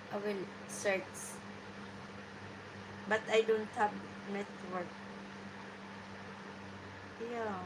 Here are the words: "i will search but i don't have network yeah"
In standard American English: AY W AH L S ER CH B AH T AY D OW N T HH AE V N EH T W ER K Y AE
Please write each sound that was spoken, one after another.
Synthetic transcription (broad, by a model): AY W AH L S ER S B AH T AY D OW N T HH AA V N EH T W ER K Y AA